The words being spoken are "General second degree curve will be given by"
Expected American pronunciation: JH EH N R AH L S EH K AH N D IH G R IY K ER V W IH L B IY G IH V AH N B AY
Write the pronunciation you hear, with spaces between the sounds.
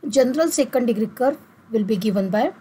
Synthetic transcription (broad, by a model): JH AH N R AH L S EH K AH N D IH G R IY K ER V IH L B IY G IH V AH N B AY